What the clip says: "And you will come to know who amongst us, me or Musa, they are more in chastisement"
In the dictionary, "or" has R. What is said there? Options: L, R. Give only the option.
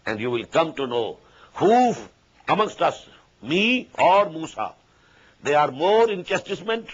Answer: R